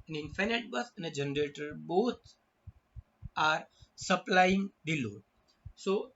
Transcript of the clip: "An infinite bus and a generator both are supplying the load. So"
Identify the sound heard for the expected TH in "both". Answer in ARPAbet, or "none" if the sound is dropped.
T